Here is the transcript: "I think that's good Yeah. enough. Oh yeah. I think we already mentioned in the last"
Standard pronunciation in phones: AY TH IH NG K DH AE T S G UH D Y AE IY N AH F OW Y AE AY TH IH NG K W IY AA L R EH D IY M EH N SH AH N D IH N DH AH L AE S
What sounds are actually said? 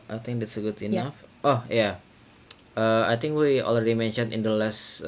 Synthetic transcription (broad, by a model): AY T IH NG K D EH T S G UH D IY N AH F OW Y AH AY T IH NG K W IY AA L R EH D IY M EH N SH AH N IH N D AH L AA S